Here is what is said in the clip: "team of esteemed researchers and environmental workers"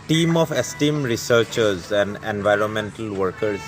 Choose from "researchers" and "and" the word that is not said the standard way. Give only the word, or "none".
none